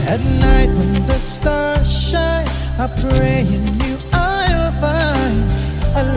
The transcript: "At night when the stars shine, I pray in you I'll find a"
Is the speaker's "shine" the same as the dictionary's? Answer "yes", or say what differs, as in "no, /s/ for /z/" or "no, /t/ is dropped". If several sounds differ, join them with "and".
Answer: no, /n/ is dropped